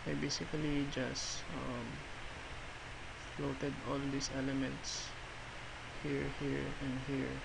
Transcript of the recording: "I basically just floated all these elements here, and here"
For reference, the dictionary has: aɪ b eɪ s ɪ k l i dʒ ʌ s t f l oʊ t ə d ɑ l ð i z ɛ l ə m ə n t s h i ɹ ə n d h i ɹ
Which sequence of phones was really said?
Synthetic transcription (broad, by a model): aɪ b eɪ s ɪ k l i dʒ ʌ s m f l oʊ t ə d ɑ l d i s ɛ l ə m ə n t s h i ɹ ə n d h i ɹ